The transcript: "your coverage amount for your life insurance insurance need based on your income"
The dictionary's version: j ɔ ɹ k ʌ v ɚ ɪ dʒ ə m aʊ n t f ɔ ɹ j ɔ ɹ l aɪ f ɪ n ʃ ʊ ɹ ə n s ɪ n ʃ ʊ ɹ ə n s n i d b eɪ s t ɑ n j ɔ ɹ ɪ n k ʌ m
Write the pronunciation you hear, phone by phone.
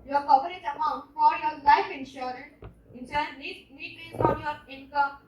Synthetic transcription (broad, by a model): j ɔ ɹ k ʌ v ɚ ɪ z ə m aʊ n t f ɔ ɹ j ɔ ɹ l aɪ f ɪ n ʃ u ɹ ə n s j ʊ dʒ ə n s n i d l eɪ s ɑ n j ɔ ɹ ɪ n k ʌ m